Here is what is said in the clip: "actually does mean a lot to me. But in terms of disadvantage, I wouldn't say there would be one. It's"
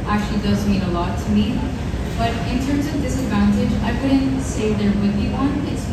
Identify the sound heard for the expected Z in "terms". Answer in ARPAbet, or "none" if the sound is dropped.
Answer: Z